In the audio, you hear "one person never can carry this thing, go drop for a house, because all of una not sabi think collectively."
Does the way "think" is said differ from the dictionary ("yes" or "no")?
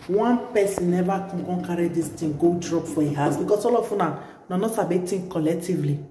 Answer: yes